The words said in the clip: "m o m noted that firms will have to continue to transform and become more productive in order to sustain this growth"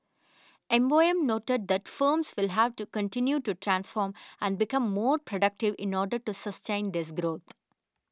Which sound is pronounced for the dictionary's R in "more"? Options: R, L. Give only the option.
R